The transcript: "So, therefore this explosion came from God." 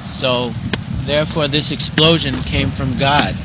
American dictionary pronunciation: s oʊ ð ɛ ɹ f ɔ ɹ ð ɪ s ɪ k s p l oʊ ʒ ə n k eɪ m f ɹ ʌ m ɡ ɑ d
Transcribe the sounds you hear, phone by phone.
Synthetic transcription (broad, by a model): s oʊ ð ɛ ɹ f ɔ ɹ ð ɪ s ɪ k s p l oʊ ʒ ə n k eɪ m f ɹ ʌ m ɡ ɑ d